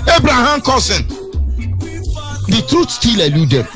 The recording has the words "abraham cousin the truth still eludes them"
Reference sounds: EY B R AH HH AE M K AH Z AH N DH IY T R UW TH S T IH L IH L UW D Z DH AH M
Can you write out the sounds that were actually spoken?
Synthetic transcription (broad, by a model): EY B R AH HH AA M K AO S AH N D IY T R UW T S T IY L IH L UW D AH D